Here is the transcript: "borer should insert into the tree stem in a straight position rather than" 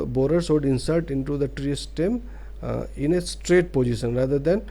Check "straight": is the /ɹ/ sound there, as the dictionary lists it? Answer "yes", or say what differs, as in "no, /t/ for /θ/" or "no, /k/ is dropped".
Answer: yes